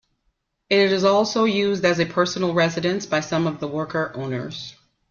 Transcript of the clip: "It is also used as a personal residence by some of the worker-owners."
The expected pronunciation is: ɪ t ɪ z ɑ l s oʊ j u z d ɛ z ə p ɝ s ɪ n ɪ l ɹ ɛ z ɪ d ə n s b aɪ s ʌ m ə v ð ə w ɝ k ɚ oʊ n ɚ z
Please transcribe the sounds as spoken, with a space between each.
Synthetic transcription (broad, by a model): ɪ t ɪ z ɑ l s oʊ j u z d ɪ z ə p ɝ s n l ɹ ɛ z ɪ d ə n s b aɪ s ʌ m ə v ð ə w ɝ k ɚ oʊ n ɚ z